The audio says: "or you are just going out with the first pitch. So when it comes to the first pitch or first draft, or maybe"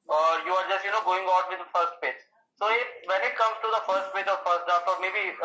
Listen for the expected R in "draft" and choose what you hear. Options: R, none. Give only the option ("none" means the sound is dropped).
none